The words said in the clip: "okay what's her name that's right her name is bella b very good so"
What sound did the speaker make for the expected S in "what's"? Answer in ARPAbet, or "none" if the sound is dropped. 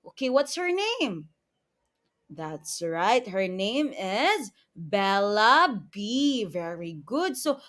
S